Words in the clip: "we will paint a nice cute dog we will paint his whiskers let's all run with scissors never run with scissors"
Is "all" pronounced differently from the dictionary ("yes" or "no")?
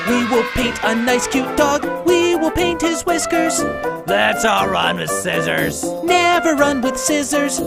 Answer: no